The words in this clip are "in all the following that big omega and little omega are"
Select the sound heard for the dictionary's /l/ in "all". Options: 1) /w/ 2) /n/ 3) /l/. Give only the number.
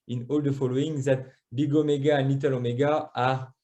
3